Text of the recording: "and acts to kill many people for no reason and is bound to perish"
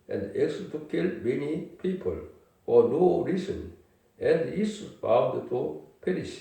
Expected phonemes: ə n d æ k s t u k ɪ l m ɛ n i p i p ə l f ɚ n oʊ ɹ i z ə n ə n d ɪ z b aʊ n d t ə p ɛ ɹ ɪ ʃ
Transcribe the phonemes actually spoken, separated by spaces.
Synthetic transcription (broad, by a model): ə n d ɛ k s t u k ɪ l m ɛ n i p i p ə l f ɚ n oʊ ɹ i s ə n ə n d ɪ s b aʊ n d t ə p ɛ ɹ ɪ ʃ